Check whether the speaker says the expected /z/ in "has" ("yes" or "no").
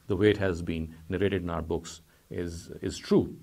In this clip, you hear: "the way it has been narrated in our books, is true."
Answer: yes